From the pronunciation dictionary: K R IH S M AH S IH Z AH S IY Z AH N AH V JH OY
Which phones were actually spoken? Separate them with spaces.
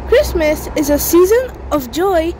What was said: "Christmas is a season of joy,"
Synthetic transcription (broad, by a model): K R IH S M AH S IH Z AH S IY Z AH N AH V JH OY